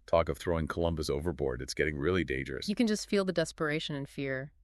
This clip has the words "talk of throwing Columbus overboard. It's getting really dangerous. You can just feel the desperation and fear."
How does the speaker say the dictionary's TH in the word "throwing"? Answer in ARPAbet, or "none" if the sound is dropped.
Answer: TH